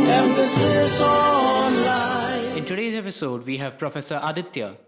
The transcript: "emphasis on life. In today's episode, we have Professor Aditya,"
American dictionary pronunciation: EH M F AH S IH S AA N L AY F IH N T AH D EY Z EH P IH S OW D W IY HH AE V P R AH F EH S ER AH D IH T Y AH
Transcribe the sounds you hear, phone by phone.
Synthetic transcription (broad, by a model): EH M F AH S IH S AA N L AY IH N T AH D EY Z EH P IH S OW D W IY HH AE V P R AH F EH S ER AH D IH T Y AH